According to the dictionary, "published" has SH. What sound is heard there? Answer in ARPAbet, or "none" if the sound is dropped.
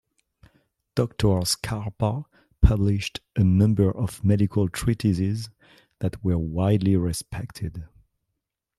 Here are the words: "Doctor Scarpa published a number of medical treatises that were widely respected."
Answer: SH